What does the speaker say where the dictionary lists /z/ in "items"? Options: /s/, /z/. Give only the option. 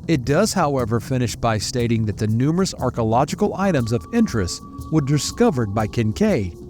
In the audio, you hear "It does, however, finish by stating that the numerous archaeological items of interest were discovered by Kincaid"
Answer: /z/